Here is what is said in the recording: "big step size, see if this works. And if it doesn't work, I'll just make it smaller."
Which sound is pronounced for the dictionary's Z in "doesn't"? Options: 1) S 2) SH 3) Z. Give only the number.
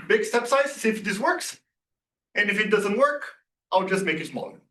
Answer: 3